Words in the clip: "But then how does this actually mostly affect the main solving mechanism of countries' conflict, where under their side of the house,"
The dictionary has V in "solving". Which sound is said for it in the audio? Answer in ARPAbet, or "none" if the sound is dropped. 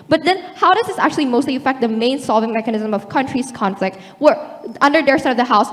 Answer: V